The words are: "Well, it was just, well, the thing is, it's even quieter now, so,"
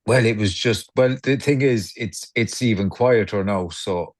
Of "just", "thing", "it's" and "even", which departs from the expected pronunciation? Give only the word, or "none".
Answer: none